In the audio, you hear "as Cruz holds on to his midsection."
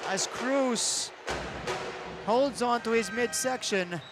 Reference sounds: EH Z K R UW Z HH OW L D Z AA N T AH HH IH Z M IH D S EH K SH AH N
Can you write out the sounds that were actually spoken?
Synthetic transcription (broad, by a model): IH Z K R UW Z HH OW L D Z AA N T AH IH Z M IH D S EH K SH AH N